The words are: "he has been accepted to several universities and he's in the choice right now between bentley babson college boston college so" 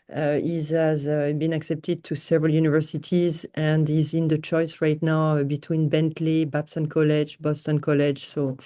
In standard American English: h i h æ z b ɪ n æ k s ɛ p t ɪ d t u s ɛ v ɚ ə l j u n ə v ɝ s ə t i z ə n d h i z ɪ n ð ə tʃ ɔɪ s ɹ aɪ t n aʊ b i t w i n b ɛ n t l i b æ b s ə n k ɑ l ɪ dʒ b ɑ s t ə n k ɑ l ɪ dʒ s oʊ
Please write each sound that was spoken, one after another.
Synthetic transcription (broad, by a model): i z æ z b ɪ n æ k s ɛ p t ɪ d t u s ɛ v ɚ ə l j u n ə v ɝ s ə t i z ə n d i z ɪ n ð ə tʃ ɔɪ s ɹ aɪ t n aʊ b i t w i n b ɛ n t l i b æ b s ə n k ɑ l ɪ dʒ b ɑ s t ə n k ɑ l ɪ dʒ s oʊ